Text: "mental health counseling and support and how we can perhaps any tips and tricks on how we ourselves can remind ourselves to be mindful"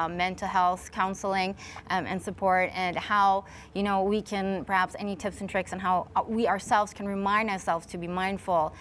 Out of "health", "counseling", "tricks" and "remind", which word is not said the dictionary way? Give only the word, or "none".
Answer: none